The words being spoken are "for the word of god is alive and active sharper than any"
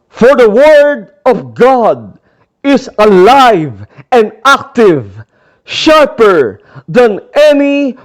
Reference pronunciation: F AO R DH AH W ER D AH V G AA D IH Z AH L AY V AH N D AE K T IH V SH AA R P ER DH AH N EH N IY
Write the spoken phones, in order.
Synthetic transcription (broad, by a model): F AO R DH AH W ER D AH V G AA D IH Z AH L AY V AH N D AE K T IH V SH AA R P ER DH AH N EH N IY